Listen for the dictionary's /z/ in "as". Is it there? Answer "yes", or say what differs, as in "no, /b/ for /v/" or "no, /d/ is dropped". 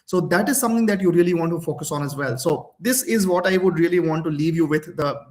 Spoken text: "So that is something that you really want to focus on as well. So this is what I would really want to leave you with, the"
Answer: yes